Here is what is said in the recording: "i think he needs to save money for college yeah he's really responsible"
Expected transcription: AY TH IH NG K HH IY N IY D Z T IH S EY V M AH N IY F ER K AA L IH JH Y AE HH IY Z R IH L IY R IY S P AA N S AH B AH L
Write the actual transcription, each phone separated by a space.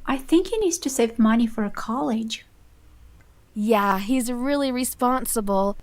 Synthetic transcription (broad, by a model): AY TH IH NG K HH IY N IY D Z T IH S EY V M AH N IY F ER K AA L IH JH Y AE HH IY Z R IH L IY R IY S P AA N S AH B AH L